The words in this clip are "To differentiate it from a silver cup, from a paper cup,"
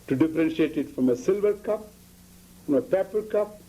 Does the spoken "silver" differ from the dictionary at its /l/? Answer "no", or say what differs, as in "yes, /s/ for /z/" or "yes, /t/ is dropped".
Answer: no